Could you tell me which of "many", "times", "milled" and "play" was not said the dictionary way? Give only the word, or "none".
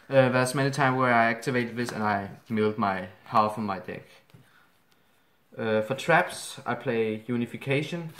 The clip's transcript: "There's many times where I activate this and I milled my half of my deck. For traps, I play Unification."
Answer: times